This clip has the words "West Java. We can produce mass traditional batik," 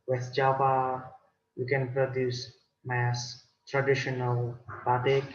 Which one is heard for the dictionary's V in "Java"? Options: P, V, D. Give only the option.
P